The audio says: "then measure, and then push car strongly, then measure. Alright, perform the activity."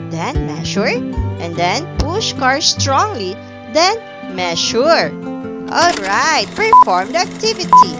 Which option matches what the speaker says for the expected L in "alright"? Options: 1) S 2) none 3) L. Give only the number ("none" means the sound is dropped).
3